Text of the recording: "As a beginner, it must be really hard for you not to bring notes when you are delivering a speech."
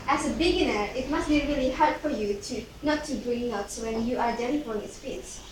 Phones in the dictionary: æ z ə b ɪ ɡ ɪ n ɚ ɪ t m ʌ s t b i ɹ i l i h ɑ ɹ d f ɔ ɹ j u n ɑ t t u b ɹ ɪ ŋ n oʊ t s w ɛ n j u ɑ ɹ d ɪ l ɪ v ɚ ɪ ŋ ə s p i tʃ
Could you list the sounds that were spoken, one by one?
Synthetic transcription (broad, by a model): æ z ə b ɪ ɡ ɪ n ɚ ɪ t m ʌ s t b i ɹ i l i h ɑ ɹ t f ɔ ɹ j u n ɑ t t u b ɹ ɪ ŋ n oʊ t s w ɛ n j u ɑ ɹ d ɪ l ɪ f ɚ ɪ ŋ ə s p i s